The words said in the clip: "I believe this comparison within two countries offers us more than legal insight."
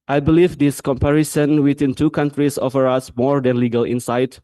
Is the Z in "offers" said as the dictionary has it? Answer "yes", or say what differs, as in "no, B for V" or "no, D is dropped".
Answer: no, Z is dropped